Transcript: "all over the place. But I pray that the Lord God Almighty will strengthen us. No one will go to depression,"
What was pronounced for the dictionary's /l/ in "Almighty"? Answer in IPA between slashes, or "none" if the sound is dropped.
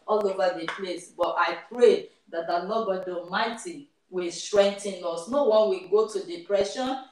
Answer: none